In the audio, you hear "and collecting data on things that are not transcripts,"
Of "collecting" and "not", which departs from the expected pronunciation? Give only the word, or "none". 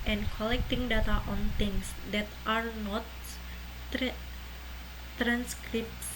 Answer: none